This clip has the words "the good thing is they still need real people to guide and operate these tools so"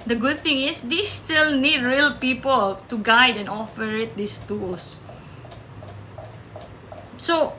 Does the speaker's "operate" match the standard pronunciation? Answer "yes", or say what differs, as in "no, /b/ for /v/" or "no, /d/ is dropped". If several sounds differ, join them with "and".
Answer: no, /f/ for /p/